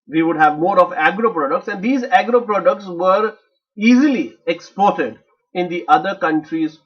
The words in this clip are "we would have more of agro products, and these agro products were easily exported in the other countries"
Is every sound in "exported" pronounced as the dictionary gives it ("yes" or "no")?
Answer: yes